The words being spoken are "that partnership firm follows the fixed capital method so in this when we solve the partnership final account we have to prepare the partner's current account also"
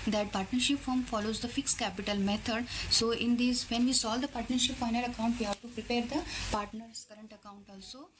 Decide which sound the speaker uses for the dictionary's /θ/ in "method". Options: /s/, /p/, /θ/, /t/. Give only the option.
/t/